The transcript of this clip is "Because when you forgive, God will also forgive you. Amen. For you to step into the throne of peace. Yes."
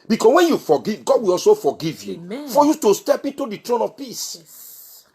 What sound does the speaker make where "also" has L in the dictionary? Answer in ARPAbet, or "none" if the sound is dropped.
L